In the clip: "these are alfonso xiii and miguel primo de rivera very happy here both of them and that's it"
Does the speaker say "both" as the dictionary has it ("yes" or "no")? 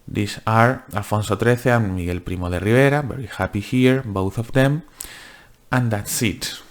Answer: yes